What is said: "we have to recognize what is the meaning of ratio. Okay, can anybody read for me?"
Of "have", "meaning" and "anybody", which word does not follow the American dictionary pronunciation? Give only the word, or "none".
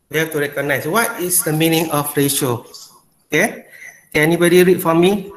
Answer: have